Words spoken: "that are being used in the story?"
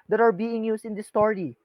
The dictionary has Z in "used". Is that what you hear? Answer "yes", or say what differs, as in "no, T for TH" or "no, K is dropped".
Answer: no, S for Z